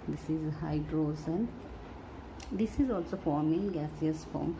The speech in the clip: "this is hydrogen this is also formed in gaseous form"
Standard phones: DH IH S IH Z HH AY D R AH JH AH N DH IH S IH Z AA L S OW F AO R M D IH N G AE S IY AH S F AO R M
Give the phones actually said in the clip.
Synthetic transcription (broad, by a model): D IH S IH Z HH AY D R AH Z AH N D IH S IH Z AA L S OW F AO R M IH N G AE S IY AH S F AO M